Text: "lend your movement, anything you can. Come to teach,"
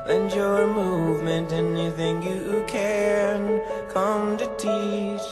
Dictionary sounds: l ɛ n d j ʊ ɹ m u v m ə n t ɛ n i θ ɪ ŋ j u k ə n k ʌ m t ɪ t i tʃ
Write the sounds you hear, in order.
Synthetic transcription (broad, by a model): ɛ n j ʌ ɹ m u v m ə n t ɛ n i θ ɪ ŋ j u k ə n k ʌ m t ɪ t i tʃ